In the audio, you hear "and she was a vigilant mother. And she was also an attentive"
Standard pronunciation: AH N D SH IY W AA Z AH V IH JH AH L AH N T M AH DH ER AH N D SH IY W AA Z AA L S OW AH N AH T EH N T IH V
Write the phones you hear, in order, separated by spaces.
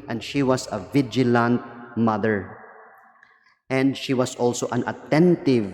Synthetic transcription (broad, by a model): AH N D SH IY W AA S AH V IH JH AH L AH N T M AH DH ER AH N D SH IY W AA S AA L S OW AH N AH T EH N T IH V